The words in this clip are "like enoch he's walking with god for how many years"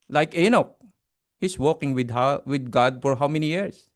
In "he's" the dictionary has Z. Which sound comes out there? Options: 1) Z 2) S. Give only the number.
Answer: 2